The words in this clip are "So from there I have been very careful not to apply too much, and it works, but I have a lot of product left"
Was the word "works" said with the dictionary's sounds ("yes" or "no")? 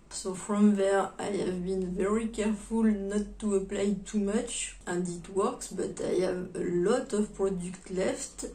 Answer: yes